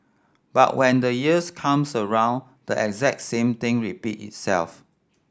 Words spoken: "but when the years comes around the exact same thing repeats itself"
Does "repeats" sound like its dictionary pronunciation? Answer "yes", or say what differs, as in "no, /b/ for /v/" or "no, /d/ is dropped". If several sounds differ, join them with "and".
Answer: no, /s/ is dropped